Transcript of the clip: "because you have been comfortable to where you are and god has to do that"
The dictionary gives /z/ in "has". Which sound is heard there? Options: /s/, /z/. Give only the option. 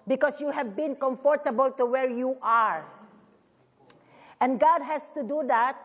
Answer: /s/